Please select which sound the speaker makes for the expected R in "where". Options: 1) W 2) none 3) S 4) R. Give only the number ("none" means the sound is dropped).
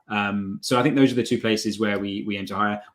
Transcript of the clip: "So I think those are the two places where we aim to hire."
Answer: 1